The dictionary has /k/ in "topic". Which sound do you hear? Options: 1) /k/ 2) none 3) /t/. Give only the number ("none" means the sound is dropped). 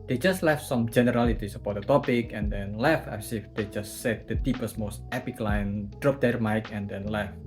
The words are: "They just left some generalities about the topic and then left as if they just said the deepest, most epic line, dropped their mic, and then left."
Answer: 1